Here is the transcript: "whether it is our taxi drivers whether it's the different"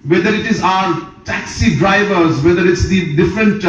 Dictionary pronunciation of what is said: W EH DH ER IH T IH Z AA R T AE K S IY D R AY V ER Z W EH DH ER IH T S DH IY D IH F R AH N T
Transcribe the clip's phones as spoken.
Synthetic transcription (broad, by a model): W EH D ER IH T IH Z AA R T AE K S IY D R AY V ER Z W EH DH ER IH T S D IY D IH F R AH N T